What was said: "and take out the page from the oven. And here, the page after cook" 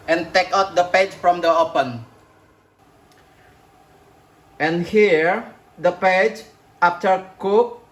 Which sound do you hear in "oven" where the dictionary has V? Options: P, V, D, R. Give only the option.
P